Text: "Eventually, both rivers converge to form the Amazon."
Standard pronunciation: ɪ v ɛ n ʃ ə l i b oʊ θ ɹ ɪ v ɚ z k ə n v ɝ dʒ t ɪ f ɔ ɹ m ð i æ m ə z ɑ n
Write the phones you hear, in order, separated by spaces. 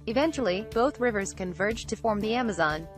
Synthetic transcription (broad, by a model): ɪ v ɛ n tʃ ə l i b oʊ θ ɹ ɪ v ɚ z k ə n v ɝ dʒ t ɪ f ɔ ɹ m ð i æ m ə z ɑ n